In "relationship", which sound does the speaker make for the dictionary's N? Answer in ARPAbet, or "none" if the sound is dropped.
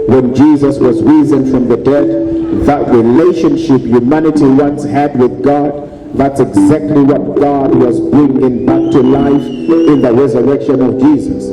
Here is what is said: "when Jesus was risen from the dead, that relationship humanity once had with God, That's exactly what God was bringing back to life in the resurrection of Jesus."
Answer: N